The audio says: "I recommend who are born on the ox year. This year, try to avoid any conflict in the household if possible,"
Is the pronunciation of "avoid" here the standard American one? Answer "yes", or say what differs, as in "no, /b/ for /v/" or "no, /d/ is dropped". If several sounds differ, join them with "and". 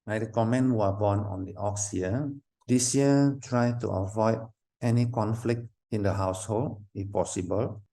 yes